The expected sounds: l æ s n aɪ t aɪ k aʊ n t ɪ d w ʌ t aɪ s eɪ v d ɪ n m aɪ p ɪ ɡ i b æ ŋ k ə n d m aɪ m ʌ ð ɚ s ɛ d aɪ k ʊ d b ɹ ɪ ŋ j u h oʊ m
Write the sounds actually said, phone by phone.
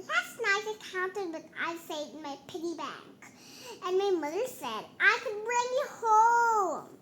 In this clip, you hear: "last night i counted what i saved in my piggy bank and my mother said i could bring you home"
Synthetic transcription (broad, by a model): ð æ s n aɪ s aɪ k aʊ n t ɪ d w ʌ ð aɪ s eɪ d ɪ n m aɪ p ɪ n i b æ ŋ k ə n m aɪ m ʌ ð ɚ s ɛ d aɪ k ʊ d b ɹ ɪ ŋ j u h oʊ m